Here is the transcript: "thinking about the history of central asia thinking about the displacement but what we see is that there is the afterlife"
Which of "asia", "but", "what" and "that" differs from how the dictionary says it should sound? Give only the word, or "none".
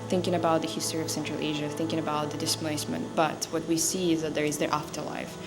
none